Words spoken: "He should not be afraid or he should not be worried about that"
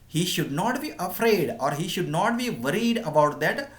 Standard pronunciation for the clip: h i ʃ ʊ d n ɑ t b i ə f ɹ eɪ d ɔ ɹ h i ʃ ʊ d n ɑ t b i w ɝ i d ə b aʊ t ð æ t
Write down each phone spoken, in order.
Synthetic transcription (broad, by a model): h i ʃ ʊ d n ɑ t b i ə f ɹ eɪ d ɔ ɹ h i ʃ ʊ d n ɑ t b i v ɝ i d ə b aʊ t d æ t